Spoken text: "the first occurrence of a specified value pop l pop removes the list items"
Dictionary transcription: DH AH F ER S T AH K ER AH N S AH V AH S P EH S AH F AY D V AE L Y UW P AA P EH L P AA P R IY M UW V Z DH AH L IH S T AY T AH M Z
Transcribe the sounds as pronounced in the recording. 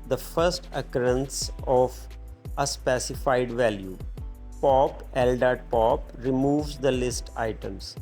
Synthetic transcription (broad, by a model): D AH F ER S T AH K ER AH N S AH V AH S P EH S AH F AY D V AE L Y UW P AA P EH L P AA P R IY M UW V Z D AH L IH S T AY T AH M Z